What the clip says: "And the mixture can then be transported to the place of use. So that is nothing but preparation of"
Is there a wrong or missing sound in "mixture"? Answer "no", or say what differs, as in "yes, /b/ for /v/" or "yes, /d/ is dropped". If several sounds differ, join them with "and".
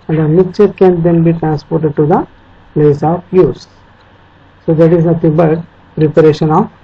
yes, /s/ is dropped